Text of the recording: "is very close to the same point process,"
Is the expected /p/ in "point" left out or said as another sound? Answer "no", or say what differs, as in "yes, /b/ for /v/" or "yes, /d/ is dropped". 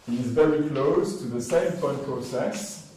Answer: yes, /f/ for /p/